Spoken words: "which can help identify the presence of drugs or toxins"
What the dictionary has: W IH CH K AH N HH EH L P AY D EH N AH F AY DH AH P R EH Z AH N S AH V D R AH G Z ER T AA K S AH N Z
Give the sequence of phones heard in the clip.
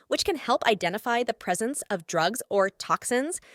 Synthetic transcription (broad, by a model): W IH CH K AH N HH EH L P AY D EH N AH F AY DH AH P R EH Z AH N S AH V D R AH G Z ER T AA K S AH N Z